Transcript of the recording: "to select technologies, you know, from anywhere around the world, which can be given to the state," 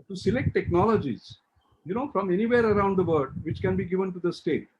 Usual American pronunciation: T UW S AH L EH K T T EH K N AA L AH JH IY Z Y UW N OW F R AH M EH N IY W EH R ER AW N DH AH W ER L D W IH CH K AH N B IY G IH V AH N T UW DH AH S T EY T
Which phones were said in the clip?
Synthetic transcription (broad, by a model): T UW S AH L EH K T T EH K N AA L AH JH IY Z Y UW N OW F R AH M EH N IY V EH R ER AW N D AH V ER D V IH CH K AH N B IY G IH V AH N T UW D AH S T EY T